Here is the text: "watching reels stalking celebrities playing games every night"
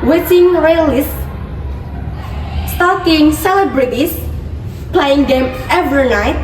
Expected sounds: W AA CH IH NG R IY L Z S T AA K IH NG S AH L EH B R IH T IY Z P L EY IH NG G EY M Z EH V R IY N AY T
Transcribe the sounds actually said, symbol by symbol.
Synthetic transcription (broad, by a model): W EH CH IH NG R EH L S S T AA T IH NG S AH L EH B R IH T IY S P L EY IH NG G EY M EH V R IY N AY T